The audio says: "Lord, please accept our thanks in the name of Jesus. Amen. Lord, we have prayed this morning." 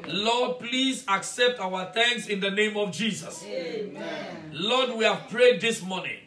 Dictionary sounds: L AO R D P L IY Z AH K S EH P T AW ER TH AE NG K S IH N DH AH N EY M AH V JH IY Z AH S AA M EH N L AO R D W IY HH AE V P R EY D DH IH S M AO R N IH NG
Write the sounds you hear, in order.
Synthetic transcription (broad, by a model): L AO D P L IY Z AH K S EH P T AW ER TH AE NG K S IH N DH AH N EY M AH V JH IY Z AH S L AO D W IY HH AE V P R EY D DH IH S M AO N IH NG